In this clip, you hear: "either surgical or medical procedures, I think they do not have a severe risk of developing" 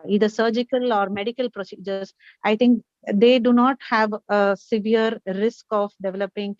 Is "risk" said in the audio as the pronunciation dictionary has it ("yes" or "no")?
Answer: yes